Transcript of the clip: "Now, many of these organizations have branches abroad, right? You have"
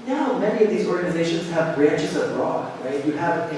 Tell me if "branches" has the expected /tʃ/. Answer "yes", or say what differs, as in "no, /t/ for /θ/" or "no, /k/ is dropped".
yes